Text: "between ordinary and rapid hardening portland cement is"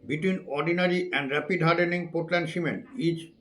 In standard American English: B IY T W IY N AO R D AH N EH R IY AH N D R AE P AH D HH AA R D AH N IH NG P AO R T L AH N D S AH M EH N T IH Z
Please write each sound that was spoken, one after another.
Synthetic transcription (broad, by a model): B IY T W IY N AO R D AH N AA R IY AH N D R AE P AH D HH AA R D AH N IH NG P AO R T L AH N D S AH M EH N IH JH